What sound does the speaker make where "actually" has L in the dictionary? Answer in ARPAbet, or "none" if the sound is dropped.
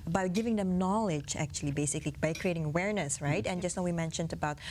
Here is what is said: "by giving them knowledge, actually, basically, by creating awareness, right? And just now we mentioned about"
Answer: L